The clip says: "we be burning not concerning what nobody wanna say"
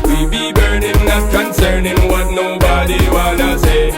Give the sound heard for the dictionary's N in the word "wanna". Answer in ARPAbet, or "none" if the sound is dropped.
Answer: L